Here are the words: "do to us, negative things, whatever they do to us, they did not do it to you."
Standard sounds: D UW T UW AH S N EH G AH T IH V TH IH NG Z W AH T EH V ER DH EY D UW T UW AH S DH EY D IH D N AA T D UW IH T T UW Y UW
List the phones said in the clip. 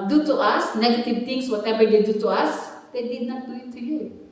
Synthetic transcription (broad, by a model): D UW T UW AH S N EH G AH T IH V T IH NG S W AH T EH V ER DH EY D UW T UW AH S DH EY D IH D N AA T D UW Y T UW Y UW